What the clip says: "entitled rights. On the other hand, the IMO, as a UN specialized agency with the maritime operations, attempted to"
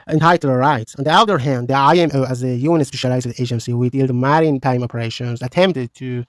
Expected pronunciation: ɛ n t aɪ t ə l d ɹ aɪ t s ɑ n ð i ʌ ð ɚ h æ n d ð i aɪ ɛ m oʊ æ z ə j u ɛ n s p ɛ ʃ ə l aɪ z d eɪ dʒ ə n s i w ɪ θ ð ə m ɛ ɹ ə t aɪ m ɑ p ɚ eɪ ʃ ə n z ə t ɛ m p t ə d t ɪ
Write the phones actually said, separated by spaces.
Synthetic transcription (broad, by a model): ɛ n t aɪ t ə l ɹ aɪ t s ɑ n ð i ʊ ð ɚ h æ n d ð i aɪ ɛ m oʊ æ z ə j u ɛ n s p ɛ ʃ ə l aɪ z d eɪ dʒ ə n s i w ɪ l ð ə m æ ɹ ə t aɪ m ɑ p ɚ eɪ ʃ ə n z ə t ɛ m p t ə d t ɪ